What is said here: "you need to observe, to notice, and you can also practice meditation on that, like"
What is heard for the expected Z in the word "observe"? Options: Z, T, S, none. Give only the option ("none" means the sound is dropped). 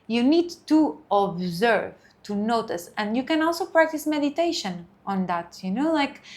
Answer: Z